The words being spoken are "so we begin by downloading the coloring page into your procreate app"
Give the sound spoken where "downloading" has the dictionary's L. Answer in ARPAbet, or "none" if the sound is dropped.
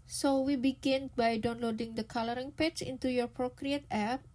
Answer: L